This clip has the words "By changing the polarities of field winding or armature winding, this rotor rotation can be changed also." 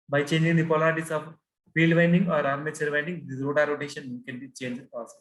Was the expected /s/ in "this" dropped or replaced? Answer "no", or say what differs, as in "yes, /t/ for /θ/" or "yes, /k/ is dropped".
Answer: yes, /s/ is dropped